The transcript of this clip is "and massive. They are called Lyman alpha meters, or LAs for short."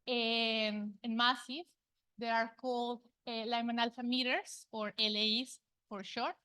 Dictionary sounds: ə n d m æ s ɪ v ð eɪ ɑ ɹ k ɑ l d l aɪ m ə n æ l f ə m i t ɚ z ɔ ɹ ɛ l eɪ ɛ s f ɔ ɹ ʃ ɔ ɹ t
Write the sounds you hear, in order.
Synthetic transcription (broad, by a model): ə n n m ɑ s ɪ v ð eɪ ɑ ɹ k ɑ l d l aɪ m ə n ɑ l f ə m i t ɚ s ɔ ɹ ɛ l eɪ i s f ɔ ɹ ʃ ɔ ɹ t